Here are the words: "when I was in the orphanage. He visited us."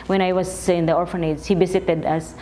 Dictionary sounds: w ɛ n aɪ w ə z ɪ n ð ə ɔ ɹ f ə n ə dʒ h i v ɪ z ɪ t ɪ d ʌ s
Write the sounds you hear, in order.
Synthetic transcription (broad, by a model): w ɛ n aɪ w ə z ɪ n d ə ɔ ɹ f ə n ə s h i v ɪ s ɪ t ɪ d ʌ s